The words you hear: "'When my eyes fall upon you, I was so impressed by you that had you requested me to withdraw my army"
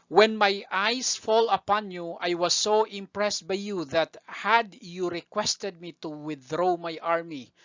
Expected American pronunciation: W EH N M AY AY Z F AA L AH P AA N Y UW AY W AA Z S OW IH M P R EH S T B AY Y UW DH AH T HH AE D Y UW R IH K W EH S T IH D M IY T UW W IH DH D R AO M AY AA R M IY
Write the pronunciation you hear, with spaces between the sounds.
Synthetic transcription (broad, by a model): W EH N M AY AY S F AA L AH P AA N Y UW AY W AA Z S OW IH M P R EH S T B AY Y UW DH AH T HH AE D Y UW R IH K W EH S T IH D M IY T UW W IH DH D R AO M AY AA R M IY